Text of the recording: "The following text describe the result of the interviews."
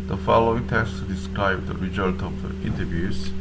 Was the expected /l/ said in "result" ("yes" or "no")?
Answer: yes